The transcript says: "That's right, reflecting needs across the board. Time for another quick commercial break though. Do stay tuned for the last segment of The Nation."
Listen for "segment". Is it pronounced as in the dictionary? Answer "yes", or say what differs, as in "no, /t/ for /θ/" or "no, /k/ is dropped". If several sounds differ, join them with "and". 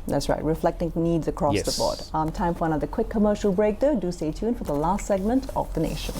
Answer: yes